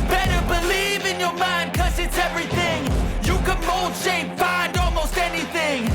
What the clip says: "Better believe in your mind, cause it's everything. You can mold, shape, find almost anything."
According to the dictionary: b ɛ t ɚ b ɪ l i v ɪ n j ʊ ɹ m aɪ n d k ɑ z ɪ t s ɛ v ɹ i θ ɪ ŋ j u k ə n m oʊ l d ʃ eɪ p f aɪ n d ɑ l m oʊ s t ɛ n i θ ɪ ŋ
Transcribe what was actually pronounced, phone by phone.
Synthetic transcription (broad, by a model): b ɛ t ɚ b ɪ l i v ɪ n j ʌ ɹ m aɪ n d k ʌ z ɪ t s ɛ v ɹ i θ ɪ ŋ j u k ə n m oʊ l d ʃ eɪ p f aɪ n d ɑ l m oʊ s t ɛ n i θ ɪ ŋ